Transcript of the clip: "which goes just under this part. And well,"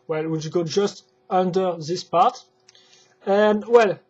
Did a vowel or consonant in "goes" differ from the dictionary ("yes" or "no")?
yes